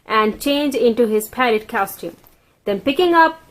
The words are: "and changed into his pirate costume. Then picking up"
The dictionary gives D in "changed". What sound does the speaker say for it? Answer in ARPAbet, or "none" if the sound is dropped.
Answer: none